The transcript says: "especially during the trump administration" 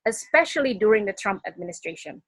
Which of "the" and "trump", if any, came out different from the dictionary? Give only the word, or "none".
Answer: none